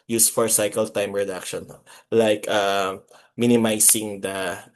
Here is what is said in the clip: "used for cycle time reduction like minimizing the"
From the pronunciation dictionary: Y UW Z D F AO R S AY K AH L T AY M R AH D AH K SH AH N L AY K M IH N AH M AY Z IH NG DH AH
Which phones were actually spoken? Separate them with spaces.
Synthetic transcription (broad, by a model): Y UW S F AO R S AY K AH L T AY M R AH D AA K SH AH N L AY K M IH N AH M AY S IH NG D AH